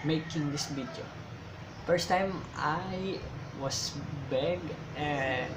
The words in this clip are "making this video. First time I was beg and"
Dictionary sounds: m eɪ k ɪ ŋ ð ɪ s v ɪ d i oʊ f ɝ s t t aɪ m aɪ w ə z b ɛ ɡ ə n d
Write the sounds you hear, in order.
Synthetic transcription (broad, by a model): m eɪ k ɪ ŋ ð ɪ s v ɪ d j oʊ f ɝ s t t aɪ m aɪ w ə s b ɛ ɡ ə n